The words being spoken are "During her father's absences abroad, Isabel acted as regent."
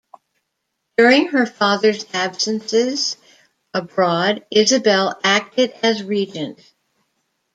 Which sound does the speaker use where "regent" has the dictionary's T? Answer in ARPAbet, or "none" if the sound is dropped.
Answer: T